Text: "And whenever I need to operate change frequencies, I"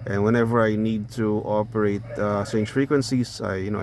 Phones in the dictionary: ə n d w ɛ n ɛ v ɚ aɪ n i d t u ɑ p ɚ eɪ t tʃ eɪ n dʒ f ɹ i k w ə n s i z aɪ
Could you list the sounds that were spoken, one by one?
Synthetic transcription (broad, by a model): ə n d w ɛ n ɛ v ɚ aɪ n i d t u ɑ p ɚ eɪ t s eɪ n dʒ f ɹ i k w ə n s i s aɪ